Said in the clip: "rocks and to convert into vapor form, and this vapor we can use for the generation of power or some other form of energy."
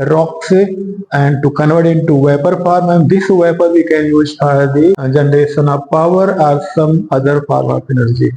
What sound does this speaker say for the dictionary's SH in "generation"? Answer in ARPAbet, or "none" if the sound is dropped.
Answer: S